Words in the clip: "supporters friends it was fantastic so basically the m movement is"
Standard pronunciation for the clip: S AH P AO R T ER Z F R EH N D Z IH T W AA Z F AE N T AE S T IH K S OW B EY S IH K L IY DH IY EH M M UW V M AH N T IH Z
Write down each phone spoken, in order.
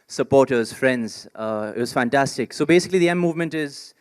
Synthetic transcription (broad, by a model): S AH P AO R T ER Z F R EH N D Z IH T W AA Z F AE N T AE S T IH K S OW B EY S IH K L IY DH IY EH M M UW V M AH N T IH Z